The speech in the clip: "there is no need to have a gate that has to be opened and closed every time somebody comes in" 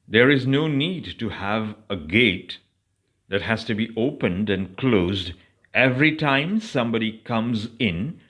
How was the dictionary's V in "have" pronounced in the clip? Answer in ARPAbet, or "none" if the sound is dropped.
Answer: V